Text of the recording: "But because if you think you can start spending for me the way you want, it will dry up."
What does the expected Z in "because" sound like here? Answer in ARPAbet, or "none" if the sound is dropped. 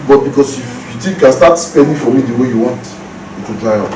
S